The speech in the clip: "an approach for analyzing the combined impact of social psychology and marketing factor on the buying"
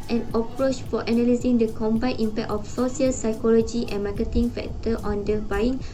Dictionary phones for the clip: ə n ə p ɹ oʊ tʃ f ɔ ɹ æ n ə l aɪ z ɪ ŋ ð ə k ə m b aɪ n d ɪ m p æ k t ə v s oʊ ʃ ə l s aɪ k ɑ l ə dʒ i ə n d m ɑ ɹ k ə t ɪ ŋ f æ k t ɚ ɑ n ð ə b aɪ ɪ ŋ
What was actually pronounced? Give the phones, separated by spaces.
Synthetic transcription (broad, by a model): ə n ə p ɹ oʊ tʃ f ɔ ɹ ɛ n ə l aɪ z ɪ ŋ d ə k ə m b aɪ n ɪ m p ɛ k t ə f s oʊ s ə l s aɪ k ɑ l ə dʒ i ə n m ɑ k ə t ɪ ŋ f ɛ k t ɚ ɑ n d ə b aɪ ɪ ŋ